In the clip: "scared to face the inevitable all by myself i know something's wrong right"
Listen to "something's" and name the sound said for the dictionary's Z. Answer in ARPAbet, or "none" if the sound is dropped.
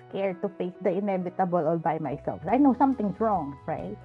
S